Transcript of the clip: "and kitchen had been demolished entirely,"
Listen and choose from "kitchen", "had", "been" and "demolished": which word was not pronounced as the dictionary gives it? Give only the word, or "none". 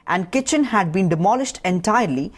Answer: none